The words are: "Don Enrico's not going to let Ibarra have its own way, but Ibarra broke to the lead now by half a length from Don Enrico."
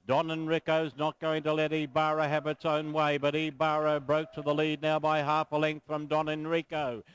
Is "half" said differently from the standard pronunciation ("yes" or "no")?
no